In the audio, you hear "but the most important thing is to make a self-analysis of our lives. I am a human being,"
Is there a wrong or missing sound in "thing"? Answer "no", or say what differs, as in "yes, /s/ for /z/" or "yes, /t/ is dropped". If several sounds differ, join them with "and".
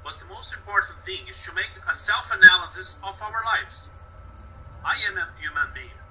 no